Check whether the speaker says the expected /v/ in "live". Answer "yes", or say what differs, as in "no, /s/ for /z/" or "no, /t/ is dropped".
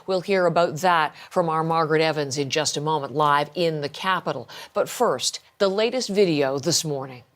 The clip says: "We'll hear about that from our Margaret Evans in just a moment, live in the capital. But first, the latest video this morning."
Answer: yes